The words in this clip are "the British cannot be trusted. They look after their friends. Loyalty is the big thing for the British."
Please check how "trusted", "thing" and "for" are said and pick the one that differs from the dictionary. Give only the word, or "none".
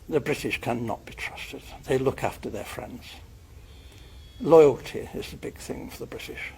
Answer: none